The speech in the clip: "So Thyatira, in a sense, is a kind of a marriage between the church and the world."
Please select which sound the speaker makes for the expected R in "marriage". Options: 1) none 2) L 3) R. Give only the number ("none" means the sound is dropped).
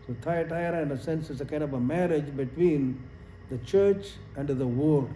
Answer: 3